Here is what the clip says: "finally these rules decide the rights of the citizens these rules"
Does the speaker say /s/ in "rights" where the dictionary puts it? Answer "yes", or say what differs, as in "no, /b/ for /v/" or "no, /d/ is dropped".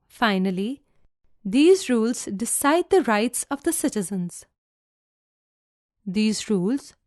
yes